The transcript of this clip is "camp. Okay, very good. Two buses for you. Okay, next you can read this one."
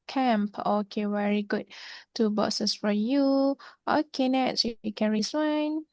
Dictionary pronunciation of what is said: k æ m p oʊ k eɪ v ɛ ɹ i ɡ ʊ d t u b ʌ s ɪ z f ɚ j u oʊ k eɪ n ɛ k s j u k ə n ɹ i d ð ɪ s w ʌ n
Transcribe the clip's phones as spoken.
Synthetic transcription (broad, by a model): k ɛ m p oʊ k eɪ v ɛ ɹ i ɡ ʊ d t u b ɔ s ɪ s f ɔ j u oʊ k eɪ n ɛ s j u k ə n ɹ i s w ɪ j n